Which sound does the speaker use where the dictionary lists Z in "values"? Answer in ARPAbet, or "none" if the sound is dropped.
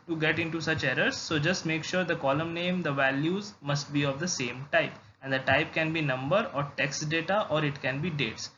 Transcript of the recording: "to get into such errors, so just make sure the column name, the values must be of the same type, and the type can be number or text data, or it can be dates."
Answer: Z